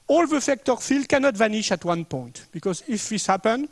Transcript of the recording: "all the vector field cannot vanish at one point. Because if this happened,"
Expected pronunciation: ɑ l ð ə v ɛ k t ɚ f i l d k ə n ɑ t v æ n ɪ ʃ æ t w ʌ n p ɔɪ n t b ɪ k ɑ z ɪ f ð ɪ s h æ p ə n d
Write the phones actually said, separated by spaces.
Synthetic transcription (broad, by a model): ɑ l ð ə f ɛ k t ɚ f i l d k ə n ɑ t v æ n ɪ ʃ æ t w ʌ n p ɔɪ n t b ɪ k ɑ z ɪ f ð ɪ s h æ p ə n